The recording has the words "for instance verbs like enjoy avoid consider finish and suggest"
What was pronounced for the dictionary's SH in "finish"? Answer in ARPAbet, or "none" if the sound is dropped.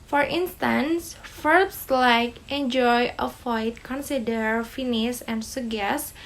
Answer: S